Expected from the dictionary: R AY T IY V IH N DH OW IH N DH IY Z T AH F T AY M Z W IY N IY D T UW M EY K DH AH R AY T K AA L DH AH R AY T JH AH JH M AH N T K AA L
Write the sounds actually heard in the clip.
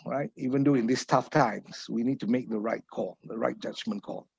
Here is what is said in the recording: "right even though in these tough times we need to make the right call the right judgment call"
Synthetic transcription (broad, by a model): R AY T IY V IH N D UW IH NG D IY S T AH F T AY M S W IY N IY D T UW M EY K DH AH R AY T K AA L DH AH R AY T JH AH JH M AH N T K AA L